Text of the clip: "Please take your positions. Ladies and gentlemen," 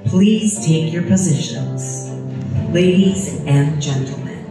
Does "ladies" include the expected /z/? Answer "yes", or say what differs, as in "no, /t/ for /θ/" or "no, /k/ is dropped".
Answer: yes